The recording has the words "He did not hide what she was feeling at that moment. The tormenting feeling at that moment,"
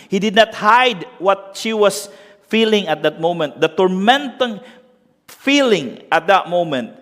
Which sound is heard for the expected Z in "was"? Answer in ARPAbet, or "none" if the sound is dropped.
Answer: S